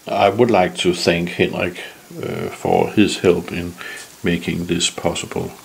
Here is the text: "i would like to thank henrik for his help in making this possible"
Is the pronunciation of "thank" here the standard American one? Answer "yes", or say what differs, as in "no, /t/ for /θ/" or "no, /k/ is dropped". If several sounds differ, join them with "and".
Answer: yes